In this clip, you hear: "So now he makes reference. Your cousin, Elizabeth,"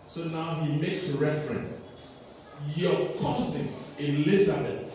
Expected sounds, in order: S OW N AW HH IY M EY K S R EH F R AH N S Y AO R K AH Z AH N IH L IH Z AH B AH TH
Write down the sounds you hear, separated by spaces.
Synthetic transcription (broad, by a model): S OW N AW HH IY M EY K S R EH F R AH N S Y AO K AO S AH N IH L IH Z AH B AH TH